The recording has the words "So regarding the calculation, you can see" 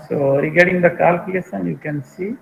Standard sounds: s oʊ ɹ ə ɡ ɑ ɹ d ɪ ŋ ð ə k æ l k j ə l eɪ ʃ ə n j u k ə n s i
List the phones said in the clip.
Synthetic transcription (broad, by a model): s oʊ ɹ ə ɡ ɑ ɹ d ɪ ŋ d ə k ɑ l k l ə eɪ s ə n j u k ə n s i